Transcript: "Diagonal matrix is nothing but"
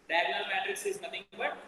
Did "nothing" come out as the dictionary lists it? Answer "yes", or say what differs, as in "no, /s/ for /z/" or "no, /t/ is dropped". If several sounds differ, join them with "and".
no, /t/ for /θ/